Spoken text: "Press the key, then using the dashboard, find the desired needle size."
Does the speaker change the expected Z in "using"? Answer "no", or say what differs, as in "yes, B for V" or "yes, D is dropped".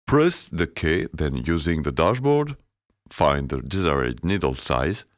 no